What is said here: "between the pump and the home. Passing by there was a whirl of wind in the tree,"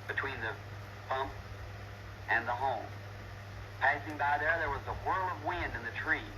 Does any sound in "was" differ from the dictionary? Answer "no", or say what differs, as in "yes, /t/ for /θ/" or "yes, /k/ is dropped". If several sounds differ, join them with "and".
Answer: no